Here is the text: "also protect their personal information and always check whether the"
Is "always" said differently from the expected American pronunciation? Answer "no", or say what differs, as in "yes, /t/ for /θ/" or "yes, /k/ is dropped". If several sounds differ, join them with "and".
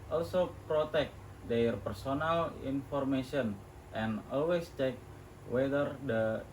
yes, /s/ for /z/